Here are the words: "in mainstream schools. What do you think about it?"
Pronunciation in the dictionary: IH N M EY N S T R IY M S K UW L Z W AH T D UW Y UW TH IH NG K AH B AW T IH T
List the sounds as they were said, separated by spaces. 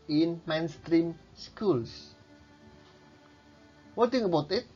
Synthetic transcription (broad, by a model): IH N M EY N S T R IY M S K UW L S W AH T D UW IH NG AH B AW T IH T